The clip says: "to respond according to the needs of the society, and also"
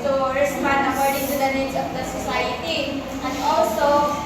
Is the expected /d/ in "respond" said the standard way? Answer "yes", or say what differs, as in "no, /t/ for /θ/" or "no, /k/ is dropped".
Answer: no, /d/ is dropped